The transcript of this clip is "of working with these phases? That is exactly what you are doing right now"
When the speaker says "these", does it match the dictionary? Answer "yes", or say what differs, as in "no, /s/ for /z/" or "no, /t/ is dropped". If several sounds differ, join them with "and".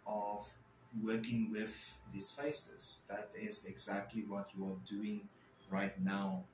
no, /s/ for /z/